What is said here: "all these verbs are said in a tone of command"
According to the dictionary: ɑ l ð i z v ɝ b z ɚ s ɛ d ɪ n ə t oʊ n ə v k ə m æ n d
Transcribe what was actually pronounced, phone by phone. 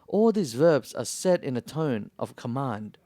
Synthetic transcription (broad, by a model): ɑ l ð i z v ɝ b z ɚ s ɛ d ɪ n ə t oʊ n ə v k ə m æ n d